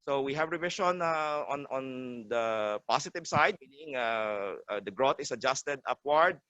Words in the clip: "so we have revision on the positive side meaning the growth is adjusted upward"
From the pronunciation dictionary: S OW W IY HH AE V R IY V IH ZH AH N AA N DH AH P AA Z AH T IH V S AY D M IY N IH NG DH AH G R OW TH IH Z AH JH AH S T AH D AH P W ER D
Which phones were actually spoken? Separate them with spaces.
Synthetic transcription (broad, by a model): S OW W IY HH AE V R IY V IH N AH N AA N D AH P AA S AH T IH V S AY D M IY N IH NG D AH G R OW T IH S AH JH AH S T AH D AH P W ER D